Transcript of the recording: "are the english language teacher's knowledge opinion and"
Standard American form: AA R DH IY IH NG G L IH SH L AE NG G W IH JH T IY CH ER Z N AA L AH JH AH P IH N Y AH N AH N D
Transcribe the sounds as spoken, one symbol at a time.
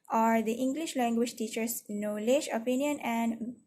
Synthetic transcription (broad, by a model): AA R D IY IH NG G L IH SH L AE NG G W IH JH T IY CH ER S N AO L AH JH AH P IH N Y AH N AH N D